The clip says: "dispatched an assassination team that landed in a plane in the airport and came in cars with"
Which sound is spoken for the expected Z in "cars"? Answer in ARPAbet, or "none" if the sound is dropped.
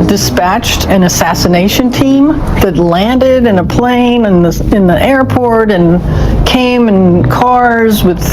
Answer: Z